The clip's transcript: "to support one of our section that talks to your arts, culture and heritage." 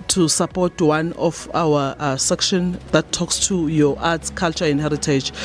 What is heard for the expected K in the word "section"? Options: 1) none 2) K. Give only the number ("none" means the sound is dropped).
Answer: 2